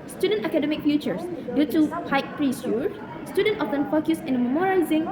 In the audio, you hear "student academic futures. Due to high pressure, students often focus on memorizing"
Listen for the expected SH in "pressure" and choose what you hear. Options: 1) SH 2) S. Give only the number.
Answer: 2